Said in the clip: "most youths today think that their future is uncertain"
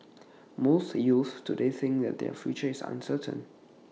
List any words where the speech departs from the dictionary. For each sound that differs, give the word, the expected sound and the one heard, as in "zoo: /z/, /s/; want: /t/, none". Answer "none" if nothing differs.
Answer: youths: /s/, none; is: /z/, /s/